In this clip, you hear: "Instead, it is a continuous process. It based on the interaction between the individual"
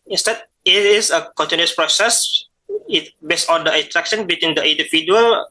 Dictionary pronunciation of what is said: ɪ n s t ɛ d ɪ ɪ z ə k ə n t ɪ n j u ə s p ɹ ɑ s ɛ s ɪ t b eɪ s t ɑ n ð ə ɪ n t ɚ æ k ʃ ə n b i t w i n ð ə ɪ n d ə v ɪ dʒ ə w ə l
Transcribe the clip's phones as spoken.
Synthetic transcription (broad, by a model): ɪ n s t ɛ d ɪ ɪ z ə k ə n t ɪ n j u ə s p ɹ ɑ s ɛ s ɪ t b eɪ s ɑ n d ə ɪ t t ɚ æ k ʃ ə n b i t w i n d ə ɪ n d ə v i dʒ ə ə l